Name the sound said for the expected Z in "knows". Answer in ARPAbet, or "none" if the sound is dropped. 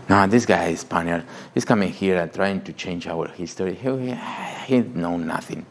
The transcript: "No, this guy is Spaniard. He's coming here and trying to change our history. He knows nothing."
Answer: none